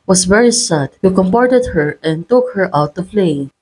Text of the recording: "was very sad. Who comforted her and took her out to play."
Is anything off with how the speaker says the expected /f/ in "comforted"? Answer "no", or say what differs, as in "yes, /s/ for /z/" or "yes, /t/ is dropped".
yes, /p/ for /f/